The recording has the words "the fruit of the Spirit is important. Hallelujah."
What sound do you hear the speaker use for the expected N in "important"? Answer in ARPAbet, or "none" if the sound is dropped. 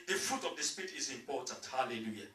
none